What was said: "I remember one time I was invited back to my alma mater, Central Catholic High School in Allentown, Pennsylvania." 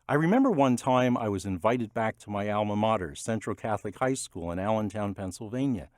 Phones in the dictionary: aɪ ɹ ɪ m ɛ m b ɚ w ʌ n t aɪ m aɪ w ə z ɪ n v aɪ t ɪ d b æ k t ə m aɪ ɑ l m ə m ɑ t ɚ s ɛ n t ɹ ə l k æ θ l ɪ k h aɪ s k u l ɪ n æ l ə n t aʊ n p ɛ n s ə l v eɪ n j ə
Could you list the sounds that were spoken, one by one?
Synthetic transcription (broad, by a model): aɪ ɹ ɪ m ɛ m b ɚ w ʌ n t aɪ m aɪ w ə z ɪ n v aɪ t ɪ d b æ k t ə m aɪ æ l m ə m ɑ t ɚ s ɛ n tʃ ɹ l k æ θ l ɪ k h aɪ s k u l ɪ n æ l ə n t aʊ n p ɛ n s l v eɪ n j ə